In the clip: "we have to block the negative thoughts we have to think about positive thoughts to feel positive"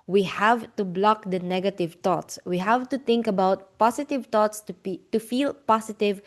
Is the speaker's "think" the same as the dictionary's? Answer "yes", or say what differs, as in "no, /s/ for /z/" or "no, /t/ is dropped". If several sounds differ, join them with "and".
no, /t/ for /θ/